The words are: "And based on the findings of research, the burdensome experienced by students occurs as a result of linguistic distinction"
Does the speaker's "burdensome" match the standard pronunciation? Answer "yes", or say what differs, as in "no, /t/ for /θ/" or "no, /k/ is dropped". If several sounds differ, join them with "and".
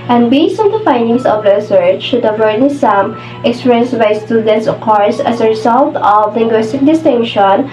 no, /n/ is dropped